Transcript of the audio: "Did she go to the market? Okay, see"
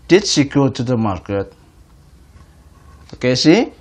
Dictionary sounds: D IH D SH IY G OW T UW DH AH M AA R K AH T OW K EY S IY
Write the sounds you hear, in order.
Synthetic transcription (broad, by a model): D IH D S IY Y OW T UW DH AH M AA R K AH T OW K EY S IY